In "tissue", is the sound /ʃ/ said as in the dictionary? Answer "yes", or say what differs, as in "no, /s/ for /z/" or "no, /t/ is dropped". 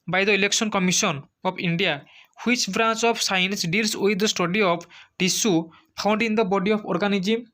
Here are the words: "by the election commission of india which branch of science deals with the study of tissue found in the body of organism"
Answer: no, /s/ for /ʃ/